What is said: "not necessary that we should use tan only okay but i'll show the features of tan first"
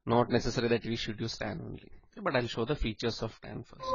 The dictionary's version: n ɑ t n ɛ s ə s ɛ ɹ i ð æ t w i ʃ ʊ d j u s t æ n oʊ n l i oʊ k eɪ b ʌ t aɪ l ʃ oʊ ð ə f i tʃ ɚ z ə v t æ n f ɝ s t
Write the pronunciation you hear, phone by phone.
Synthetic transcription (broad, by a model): n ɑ t n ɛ s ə s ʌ ɹ i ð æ t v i ʃ ʊ d j u s t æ n oʊ n l i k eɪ b ʌ t aɪ l ʃ oʊ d ə f i tʃ ɚ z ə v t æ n f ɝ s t